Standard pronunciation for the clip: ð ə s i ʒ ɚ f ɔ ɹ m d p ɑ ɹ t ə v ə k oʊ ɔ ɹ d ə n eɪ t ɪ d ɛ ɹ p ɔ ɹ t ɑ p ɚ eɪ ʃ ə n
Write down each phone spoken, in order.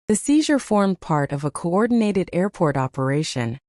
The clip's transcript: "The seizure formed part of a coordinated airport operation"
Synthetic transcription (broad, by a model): ð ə s i ʒ ɚ f ɔ ɹ m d p ɑ ɹ t ə v ə k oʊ ɔ ɹ d n eɪ t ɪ d ɛ ɹ p ɔ ɹ t ɑ p ɚ eɪ ʃ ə n